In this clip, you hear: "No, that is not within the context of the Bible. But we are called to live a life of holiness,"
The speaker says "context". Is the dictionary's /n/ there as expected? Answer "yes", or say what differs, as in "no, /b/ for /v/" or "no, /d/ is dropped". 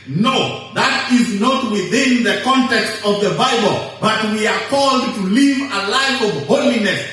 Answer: yes